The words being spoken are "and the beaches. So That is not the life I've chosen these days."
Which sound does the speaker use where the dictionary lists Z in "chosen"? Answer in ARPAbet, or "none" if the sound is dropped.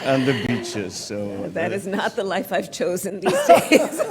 Z